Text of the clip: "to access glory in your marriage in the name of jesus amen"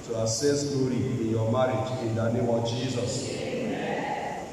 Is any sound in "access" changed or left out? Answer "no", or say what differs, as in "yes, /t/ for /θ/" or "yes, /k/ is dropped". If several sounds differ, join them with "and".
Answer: yes, /k/ is dropped